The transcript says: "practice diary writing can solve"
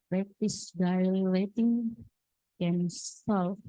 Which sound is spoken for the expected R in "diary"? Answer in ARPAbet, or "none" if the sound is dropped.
L